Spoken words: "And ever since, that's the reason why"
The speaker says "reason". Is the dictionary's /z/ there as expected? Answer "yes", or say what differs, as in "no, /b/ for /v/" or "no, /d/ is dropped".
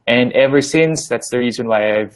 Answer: yes